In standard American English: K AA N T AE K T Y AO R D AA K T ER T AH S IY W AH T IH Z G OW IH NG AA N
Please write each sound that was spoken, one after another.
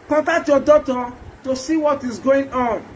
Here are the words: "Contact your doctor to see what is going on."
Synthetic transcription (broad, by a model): K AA N T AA K T Y AO D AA T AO T AH S IY W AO T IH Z G OW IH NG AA N